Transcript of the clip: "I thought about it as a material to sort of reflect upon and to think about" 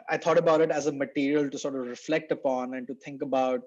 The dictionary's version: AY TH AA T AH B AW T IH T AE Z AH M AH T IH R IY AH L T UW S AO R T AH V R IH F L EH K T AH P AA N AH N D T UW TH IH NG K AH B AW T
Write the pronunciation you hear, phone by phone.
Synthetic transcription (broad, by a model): AY T AA T AH B AW T IH T AE Z AH M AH T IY R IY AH L T UW S AO R T AH V R IH F L EH K T AH P AA N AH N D T UW T IH NG K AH B AW T